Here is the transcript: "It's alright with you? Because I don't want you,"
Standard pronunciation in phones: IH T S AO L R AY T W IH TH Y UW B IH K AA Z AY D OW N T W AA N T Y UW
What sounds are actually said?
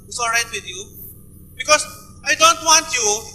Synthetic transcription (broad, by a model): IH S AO R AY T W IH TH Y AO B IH K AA S AY D OW N T W AA N T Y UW